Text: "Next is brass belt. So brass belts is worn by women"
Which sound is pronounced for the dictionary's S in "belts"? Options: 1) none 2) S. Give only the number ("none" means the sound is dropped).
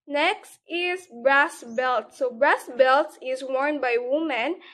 1